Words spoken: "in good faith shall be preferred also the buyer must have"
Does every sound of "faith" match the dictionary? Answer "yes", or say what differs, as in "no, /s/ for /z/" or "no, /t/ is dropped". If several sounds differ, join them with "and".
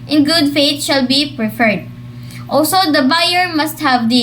no, /t/ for /θ/